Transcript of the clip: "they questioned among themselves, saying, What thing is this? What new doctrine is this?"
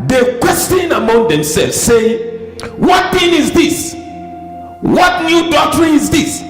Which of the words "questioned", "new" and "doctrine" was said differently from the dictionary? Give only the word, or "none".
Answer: questioned